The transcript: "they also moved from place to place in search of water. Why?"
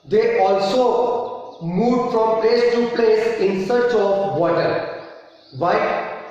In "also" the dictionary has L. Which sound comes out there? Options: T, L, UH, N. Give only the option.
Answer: L